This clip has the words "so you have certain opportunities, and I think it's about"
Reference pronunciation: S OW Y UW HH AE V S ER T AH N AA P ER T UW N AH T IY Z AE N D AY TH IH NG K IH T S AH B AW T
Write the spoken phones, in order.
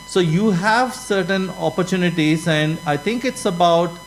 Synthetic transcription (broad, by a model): S OW Y UW HH AE V S ER T AH N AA P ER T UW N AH T IY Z AE N D AY T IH NG K IH T S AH B AW T